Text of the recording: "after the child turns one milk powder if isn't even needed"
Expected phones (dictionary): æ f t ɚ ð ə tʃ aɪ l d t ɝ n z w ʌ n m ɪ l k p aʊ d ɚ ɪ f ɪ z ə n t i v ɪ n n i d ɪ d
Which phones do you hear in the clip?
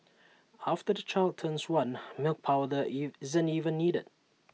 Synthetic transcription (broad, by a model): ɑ f t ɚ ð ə tʃ aɪ l d t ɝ n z w ʌ n m ɪ l k p aʊ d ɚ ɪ ɪ z ə n t i v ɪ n n i d ɪ d